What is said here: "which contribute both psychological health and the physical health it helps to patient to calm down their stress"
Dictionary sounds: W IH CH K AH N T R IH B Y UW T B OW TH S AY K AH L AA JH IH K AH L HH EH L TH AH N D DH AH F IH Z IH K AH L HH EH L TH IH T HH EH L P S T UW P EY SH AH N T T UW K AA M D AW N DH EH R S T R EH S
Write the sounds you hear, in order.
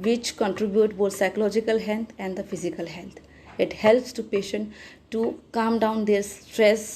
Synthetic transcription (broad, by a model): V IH CH K AH N T R IH B Y UW T B OW T S AY K AH L AA JH IH K AH L HH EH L T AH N D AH F IH Z IH K AH L HH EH L T IH T HH EH L P S T UW P EY SH AH N T T UW K AA M D AW N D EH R S T R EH S